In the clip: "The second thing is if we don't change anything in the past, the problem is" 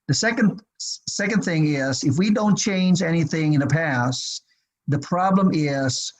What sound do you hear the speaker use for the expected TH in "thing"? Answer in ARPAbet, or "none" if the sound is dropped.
TH